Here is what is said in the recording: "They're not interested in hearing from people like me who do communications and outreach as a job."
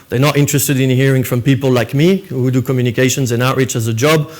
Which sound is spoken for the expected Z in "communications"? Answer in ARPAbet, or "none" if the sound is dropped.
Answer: Z